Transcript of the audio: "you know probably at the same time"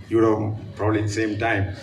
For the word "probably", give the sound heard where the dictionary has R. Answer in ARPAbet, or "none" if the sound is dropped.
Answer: R